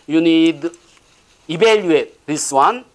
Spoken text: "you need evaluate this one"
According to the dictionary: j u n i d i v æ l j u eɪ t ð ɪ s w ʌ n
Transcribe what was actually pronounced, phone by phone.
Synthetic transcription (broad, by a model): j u n i d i b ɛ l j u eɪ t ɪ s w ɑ n